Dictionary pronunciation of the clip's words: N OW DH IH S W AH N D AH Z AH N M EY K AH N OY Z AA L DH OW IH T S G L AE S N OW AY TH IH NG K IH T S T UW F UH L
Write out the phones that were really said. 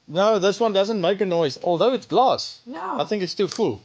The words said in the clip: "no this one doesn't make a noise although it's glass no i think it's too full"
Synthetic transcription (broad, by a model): N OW DH IH S W AH N D AH Z AH N M EY K AH N OY Z AA L DH OW IH T S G L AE S AY TH IH NG K IH T S T UW F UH L